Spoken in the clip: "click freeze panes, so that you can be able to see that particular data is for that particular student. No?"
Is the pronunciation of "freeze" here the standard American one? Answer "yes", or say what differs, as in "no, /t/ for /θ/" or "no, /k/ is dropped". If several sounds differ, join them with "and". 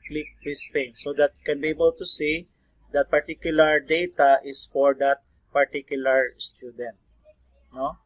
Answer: no, /p/ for /f/ and /s/ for /z/